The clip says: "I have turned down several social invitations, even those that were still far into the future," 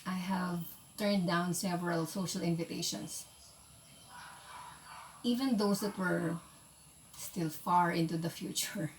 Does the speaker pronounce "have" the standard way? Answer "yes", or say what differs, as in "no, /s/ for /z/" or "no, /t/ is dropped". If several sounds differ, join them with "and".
yes